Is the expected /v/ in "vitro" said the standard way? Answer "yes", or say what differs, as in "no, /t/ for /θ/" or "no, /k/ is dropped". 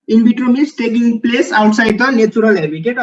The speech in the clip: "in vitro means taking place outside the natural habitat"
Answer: no, /b/ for /v/